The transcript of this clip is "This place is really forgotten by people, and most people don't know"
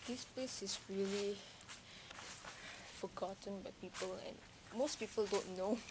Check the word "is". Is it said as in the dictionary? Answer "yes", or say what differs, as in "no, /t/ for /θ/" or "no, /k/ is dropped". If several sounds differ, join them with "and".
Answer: no, /s/ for /z/